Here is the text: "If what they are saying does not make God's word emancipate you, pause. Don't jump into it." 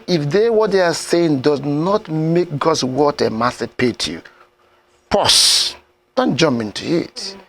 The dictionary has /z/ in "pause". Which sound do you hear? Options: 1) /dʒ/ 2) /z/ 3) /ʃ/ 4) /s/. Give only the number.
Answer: 4